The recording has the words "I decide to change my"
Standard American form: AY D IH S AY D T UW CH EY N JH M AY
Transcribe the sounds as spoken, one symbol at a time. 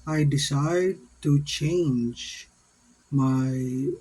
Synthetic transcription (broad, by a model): AY D IH S AY D T UW CH EY N JH M AY